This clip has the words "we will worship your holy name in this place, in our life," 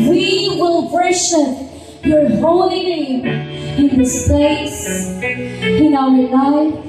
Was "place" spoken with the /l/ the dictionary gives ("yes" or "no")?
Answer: no